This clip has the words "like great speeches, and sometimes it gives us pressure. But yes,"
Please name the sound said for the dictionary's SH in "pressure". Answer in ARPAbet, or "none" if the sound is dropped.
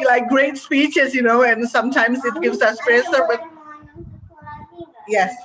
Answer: S